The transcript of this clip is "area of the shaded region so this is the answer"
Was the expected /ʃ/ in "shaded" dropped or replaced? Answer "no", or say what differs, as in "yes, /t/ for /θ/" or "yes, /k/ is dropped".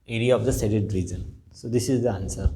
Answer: yes, /s/ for /ʃ/